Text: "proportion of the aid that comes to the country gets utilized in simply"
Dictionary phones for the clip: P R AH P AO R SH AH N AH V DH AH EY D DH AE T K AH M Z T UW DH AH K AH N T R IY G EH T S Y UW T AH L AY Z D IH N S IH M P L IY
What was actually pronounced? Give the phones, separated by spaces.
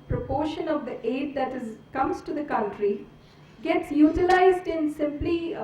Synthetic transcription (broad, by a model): P R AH P AO R SH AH N AH V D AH EY D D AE T K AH M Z T UW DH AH K AH N T R IY G EH T S Y UW T AH L AY Z D IH N S IH M P L IY